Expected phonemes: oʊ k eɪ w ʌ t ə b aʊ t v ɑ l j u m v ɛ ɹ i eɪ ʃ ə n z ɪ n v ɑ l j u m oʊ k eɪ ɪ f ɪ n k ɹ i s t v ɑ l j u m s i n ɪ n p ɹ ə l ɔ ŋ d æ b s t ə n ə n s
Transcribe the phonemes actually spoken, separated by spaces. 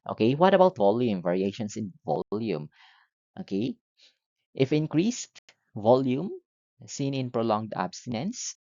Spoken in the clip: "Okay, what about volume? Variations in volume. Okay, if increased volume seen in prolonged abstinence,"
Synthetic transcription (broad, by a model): oʊ k eɪ w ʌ t ə b aʊ t v ɑ l j u m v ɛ ɹ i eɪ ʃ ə n s ɪ n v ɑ l j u m oʊ k eɪ ɪ f ɪ n k ɹ i s t v ɑ l j u m s i n ɪ n p ɹ ə l ɔ ŋ d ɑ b s t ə n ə n s